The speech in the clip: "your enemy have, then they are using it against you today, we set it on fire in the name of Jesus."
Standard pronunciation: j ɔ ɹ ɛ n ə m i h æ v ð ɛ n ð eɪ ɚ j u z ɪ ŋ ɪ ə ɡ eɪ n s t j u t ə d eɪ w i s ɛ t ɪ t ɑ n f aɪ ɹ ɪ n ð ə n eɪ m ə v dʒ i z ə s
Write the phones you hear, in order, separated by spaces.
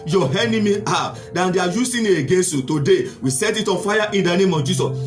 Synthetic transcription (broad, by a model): j ɔ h ɛ n ə m i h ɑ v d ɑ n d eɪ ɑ j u s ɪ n ɪ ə ɡ eɪ n s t j u t ə d eɪ w i s ɛ t ɪ t ɑ n f aɪ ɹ ɪ n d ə n eɪ m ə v dʒ i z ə s